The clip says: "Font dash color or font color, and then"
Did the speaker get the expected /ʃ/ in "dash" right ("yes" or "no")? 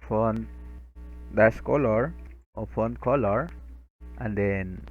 no